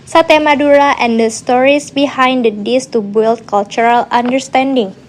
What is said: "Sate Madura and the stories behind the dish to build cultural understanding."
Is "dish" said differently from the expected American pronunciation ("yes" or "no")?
yes